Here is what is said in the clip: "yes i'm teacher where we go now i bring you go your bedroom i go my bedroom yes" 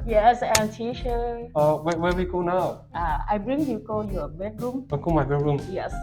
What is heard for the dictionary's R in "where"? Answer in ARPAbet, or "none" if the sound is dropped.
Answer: W